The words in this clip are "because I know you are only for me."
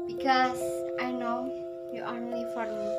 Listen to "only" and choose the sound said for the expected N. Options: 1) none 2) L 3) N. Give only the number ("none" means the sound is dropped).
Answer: 1